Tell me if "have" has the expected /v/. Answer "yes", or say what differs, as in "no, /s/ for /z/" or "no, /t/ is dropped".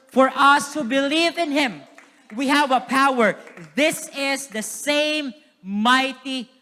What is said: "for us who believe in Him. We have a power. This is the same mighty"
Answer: yes